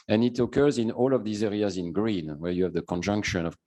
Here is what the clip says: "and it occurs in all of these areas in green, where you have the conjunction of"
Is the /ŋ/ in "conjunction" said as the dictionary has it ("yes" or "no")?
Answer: yes